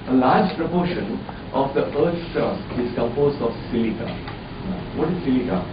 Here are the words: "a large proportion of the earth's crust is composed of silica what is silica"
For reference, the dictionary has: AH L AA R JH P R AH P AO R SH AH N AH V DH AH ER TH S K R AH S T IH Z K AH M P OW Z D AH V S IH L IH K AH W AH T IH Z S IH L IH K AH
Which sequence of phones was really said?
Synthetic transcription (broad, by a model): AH L AA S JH P R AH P AO SH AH N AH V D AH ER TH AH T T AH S IH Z K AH M P OW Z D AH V S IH L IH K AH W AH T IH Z S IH L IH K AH